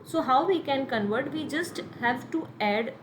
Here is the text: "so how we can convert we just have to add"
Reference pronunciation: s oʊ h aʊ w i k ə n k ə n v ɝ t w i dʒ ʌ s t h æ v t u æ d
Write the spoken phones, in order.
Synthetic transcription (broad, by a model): s oʊ h aʊ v i k ə n k ə n v ɝ t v i dʒ ʌ s t h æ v t u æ d